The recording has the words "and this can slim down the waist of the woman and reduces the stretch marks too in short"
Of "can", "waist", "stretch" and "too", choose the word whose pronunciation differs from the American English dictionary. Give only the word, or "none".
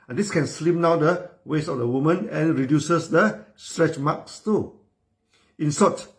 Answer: waist